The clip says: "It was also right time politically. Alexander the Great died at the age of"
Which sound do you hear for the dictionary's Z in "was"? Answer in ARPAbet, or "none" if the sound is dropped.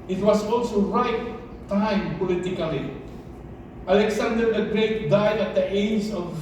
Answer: S